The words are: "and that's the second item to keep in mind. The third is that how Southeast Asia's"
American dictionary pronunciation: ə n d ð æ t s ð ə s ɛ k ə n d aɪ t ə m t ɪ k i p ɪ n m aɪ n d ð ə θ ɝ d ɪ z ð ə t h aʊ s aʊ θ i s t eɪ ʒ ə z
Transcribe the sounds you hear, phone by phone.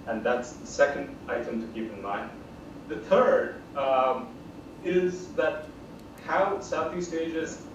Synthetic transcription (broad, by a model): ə n ð æ t s ð ə s ɛ k ə n d aɪ t ə m t ɪ k i p ɪ n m aɪ n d ð ə θ ɝ d ɪ z ð ə t h aʊ s aʊ θ i s t eɪ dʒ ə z